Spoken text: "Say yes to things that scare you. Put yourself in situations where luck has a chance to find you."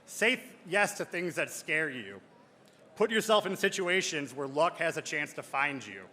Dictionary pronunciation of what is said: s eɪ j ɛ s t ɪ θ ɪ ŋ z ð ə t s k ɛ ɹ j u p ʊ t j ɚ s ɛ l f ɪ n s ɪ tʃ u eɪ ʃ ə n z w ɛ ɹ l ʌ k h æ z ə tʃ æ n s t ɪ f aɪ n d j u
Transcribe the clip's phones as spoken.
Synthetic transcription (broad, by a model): s eɪ j ɛ s t ɪ θ ɪ ŋ z ð ə t s k ɛ ɹ j u p ʊ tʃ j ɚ s ɛ l f ɪ n s ɪ tʃ u eɪ ʃ ə n z w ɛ ɹ l ʌ k h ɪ z ə tʃ æ n s t ɪ f aɪ n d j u